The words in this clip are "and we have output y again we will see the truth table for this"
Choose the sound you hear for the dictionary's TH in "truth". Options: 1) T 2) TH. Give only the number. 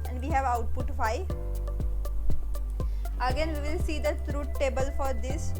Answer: 1